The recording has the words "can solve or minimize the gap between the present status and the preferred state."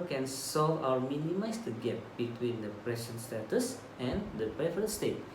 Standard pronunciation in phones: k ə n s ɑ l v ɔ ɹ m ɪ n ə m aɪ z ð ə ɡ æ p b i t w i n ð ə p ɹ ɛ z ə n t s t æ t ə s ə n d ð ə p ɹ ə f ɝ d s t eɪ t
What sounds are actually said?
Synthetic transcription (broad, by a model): k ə n s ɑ l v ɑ w m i n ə m aɪ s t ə ɡ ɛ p b i t w i n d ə p ɹ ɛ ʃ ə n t s t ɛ t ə s ə n d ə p ɹ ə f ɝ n s t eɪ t